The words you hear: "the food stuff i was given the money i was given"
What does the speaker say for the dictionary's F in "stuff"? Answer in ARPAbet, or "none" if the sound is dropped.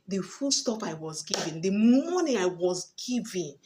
P